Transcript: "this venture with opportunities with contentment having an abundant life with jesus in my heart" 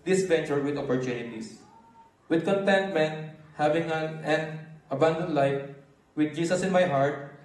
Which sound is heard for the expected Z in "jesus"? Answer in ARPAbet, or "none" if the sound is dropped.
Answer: S